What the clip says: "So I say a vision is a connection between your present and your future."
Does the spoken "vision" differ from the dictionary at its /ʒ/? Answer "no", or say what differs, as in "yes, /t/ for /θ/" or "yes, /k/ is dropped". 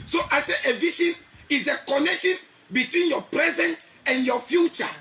yes, /ʃ/ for /ʒ/